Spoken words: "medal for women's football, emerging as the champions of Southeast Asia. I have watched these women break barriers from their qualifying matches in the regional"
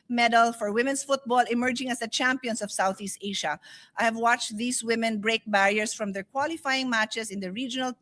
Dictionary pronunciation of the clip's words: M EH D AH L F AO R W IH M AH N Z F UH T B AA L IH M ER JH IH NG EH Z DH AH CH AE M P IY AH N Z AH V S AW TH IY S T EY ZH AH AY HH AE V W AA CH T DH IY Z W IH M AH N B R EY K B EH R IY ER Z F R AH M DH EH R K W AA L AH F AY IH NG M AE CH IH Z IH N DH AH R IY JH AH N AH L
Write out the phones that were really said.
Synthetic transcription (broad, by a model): M EH D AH L F AO R W IH M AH N S F UH T B AA L IH M ER JH IH NG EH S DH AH CH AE M P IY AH N S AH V S AW TH IY S T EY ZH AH AY HH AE V W AA CH T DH IY S W IH M AH N B R EY K B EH R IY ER S F R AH M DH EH R K W AA L AH F AY IH NG M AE CH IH S IH N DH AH R IY JH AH N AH L